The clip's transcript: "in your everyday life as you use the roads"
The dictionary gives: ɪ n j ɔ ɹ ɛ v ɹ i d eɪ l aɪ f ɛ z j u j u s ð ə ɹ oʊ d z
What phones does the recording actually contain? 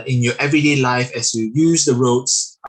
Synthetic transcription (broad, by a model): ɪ n j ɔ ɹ ɛ v ɹ i d eɪ l aɪ f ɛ s j u j u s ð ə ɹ oʊ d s